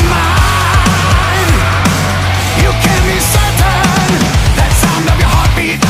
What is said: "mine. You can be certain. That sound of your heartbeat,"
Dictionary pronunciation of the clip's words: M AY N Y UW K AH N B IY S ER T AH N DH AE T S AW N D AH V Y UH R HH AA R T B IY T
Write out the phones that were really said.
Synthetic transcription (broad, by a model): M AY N Y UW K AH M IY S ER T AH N DH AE T S AW N D AH V Y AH R HH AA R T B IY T